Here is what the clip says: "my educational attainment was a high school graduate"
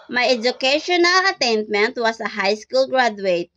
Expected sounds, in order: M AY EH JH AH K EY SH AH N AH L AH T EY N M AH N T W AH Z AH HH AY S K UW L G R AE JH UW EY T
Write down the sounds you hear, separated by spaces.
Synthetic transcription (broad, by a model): M AY EH JH AH K EY SH AH N AH L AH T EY N M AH N T W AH S AH HH AY S K UW L G R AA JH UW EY T